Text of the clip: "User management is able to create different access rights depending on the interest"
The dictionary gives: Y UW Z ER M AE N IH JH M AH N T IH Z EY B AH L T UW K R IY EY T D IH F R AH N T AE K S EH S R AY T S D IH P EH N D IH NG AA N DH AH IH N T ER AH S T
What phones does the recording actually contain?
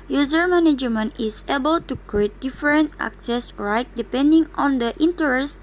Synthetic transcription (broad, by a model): Y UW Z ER M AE N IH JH M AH N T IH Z EY B AH L T UW K R IY EY T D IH F R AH N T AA K S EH S R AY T D IH P EH N D IH NG AA N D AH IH N T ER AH S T